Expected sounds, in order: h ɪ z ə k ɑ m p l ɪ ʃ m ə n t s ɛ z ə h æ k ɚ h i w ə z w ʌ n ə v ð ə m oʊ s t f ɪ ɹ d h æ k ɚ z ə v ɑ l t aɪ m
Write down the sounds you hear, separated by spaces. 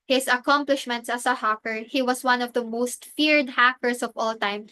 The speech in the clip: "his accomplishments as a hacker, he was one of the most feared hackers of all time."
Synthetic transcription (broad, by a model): h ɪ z ə k ɑ m p l ɪ ʃ m ə n t s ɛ s ə h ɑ k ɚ h i w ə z w ʌ n ə v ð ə m oʊ s t f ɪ ɹ d h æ k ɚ s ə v ɑ l t aɪ m